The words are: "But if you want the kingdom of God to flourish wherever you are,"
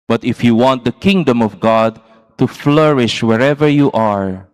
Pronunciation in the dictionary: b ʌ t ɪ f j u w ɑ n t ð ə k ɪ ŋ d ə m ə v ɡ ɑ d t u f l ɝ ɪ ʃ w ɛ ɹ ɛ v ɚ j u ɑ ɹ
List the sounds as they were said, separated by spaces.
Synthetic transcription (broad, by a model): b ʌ t ɪ f j u w ɑ n t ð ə k ɪ ŋ d ə m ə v ɡ ɑ d t u f l ɝ ɪ ʃ w ɛ ɹ ɛ v ɚ j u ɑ ɹ